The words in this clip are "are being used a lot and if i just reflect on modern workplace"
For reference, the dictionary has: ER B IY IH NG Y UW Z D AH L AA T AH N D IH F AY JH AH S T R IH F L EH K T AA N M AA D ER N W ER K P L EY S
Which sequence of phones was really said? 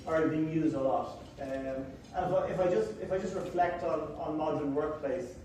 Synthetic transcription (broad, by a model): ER B IY IH NG Y UW Z D AH L AA T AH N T IH F AY JH AH S T R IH F L EH K T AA N M AA D ER N W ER K P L EY S